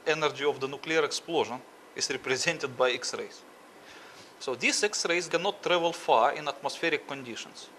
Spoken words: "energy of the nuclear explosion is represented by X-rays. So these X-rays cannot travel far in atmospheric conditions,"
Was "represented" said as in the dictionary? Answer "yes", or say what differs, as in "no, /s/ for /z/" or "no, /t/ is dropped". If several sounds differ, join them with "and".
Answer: yes